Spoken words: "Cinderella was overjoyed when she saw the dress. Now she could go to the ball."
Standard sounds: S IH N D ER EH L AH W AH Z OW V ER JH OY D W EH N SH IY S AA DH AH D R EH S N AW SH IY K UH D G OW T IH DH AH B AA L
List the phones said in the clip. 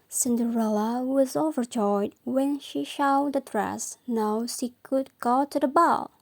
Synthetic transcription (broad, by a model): S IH N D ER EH L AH W AH Z OW V ER JH OY D W EH N SH IY SH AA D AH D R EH S N AW SH IY K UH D G OW T IH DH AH B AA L